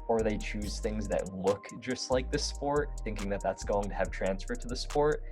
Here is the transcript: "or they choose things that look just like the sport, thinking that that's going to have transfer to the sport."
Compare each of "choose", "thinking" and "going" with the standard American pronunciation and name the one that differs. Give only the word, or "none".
none